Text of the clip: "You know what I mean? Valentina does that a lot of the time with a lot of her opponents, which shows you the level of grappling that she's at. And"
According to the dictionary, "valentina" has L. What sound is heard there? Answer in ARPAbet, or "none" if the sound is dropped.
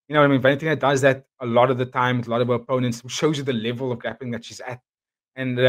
N